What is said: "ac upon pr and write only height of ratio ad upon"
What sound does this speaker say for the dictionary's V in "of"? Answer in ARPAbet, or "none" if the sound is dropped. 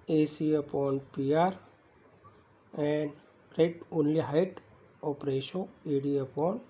P